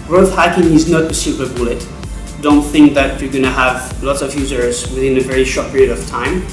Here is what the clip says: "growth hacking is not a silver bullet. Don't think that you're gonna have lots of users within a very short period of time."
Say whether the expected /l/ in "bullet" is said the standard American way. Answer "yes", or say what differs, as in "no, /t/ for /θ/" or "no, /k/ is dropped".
yes